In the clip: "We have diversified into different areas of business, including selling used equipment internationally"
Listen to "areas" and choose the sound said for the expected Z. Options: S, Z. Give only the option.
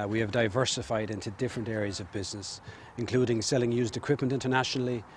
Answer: Z